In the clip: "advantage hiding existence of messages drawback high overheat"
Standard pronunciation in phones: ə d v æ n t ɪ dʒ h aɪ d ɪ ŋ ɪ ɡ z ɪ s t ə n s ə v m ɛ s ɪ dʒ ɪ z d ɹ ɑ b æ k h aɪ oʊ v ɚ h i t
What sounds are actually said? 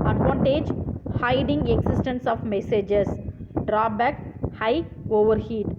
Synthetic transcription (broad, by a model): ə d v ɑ n t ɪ dʒ h aɪ d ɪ ŋ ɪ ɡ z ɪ s t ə n s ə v m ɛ s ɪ dʒ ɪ s d ɹ ɑ b æ k h aɪ oʊ v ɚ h i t